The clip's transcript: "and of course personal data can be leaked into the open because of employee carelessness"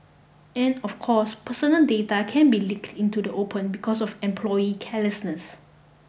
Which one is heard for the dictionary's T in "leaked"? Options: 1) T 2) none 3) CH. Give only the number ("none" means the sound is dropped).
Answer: 1